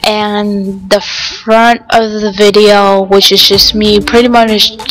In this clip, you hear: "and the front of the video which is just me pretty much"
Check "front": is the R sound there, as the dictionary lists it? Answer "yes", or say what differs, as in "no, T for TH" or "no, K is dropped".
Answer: yes